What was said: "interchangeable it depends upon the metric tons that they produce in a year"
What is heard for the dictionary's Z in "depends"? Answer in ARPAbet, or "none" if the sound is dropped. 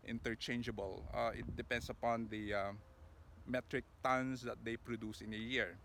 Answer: S